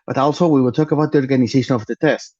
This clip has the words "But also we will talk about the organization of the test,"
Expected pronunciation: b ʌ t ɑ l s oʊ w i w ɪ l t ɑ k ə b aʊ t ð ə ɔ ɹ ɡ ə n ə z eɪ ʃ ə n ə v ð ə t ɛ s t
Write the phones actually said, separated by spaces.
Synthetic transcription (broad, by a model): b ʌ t ɑ l s oʊ w i w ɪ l t ɑ k ə b aʊ t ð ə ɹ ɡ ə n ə s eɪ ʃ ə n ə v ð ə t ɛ s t